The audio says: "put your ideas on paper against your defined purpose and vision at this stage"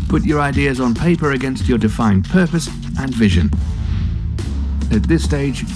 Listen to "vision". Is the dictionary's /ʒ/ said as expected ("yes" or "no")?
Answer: yes